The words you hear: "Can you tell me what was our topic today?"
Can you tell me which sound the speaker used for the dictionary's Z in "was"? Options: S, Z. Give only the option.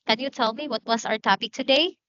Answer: S